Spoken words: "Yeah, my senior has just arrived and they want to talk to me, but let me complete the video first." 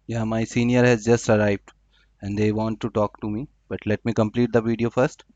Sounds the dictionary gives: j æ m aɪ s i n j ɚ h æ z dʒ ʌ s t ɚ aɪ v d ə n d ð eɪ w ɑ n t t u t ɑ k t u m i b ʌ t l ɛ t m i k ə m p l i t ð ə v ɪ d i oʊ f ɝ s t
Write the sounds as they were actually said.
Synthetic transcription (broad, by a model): j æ m aɪ s i n j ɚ h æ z dʒ ʌ s t ɚ aɪ v d ə n d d eɪ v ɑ n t t u t ɑ k t u m i b ʌ t l ɛ t m i k ə m p l i t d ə v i d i oʊ f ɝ s t